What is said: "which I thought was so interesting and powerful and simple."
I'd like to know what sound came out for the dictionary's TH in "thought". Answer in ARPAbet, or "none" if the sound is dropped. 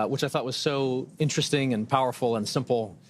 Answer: TH